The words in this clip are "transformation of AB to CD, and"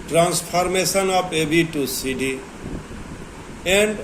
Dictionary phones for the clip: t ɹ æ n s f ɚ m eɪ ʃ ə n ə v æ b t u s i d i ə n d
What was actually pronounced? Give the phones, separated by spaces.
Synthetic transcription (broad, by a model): t ɹ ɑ n s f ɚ m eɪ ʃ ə n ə p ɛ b t u s i d i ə n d